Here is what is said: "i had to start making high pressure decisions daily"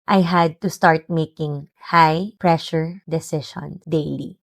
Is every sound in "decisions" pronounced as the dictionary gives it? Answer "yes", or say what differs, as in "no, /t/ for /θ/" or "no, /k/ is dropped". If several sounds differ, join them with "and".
no, /ʃ/ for /ʒ/ and /z/ is dropped